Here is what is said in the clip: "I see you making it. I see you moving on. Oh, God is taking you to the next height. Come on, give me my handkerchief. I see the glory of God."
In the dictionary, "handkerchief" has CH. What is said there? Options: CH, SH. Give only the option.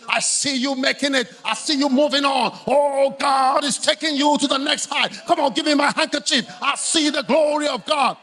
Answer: CH